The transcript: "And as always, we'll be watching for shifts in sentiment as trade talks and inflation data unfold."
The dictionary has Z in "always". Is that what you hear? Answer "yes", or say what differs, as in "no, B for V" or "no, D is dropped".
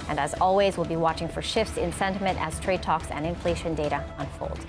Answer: yes